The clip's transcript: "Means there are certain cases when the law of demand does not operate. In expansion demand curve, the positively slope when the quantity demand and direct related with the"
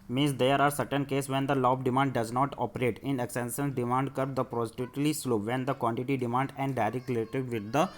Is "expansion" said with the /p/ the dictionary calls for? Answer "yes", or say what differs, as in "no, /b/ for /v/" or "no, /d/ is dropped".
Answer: no, /p/ is dropped